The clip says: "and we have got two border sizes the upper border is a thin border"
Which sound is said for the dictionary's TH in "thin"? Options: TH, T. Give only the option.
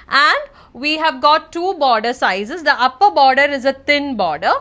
T